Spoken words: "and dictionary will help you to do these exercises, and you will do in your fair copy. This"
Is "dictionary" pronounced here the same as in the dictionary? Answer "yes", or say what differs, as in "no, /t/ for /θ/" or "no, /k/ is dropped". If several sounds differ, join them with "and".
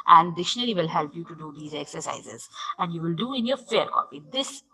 no, /k/ is dropped